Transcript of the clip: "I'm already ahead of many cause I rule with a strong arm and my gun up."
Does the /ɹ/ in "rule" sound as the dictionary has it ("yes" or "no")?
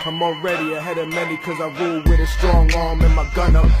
no